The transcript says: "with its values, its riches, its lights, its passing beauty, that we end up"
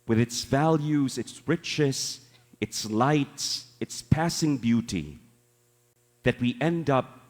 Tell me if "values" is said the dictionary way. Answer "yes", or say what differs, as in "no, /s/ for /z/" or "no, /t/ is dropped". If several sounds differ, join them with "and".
yes